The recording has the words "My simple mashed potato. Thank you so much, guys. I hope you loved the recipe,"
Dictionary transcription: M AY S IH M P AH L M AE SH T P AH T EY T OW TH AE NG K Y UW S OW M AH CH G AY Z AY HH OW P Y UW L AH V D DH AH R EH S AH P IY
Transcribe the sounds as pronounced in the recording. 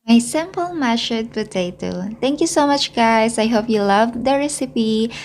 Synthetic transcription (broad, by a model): M AY S IH M P AH L M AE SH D P AH T EY T OW T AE NG K Y UW S OW M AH CH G AY S AY HH OW P Y UW L AH V D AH R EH S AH P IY